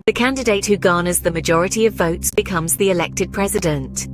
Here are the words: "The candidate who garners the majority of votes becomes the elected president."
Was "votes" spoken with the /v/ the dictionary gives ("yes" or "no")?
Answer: yes